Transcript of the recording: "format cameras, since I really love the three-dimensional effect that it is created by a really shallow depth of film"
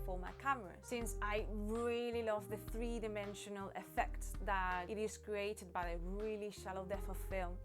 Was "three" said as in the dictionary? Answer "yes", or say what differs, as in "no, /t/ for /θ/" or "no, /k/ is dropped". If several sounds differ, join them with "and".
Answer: yes